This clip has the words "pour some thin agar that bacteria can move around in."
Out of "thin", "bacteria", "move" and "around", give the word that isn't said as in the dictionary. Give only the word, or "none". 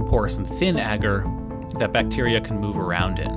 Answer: none